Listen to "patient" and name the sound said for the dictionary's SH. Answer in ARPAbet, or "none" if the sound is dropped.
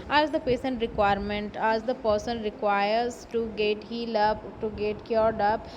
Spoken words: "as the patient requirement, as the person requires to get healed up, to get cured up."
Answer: S